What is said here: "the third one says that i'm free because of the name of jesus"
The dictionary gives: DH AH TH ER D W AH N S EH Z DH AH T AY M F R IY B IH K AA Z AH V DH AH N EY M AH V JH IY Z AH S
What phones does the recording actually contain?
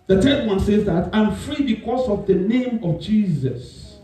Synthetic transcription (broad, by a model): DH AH T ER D W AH N S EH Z DH AH T AY M F R IY B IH K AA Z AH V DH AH N EY M AH V JH IY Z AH S